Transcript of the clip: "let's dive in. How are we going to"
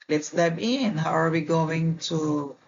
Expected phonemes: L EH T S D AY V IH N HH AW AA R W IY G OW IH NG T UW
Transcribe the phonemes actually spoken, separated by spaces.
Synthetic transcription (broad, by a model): L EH T S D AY B IH N HH AW AA R W IY G OW IH NG T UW